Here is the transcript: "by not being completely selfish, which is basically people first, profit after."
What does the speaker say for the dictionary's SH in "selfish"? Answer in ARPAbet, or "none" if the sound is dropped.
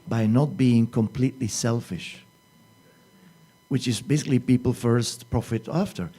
SH